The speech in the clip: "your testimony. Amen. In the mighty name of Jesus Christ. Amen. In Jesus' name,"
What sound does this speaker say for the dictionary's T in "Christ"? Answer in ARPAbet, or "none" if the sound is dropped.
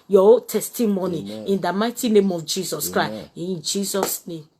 none